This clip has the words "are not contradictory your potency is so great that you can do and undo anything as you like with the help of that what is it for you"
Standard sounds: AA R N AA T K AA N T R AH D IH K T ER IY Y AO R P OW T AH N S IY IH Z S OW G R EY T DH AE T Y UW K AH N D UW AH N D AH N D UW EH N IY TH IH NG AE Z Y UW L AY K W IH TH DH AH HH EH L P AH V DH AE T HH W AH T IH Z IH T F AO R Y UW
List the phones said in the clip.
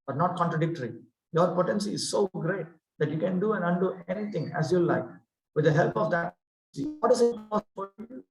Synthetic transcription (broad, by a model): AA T N AA T K AA N T R AH D IH K T ER IY Y AO R P OW T AH N S IY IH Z S OW G R EY T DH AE T Y UW K AH N D UW AH N D AH N D UW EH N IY T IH NG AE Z Y UW L AY K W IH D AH HH EH L P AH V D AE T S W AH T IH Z IH T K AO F Y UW